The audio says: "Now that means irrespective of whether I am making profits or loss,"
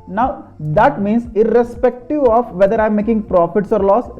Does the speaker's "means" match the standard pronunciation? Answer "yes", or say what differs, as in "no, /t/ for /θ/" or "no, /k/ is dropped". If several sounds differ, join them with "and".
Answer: no, /s/ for /z/